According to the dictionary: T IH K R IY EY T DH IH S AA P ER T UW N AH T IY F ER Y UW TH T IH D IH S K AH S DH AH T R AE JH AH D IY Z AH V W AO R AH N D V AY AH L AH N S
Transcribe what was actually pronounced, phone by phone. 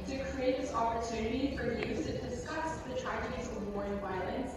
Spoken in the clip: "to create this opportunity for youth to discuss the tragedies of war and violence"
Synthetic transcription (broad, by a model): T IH K R IY EY T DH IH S AA P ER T UW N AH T IY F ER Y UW S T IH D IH S K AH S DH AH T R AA AH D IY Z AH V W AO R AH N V AY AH L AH N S